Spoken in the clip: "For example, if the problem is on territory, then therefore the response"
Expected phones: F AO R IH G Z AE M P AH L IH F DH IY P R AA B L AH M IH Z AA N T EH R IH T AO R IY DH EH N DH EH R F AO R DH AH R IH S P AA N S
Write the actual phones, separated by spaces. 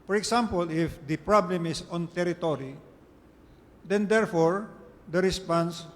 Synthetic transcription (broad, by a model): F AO R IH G S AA M P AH L IH F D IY P R AA B L AH M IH S AA N T EH R IH T AO R IY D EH N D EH R F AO R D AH R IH S P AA N S